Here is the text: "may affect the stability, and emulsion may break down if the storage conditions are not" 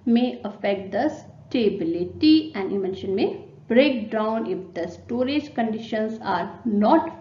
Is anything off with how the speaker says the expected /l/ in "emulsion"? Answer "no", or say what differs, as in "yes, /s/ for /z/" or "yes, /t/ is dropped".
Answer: yes, /n/ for /l/